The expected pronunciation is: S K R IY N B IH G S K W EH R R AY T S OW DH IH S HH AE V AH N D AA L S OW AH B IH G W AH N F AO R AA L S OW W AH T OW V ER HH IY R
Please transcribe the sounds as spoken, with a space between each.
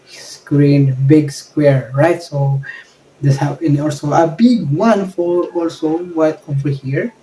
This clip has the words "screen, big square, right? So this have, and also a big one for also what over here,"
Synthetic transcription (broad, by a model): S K R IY N B IH G S K W EH R R AY T S OW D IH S HH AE P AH N AA L S OW AH B IH G W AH N F AO R AA L S OW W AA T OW F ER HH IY R